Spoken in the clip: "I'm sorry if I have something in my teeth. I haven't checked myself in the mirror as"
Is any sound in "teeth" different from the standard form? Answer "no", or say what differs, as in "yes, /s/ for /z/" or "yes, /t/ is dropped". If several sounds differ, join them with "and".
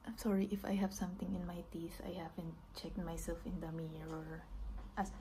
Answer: yes, /s/ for /θ/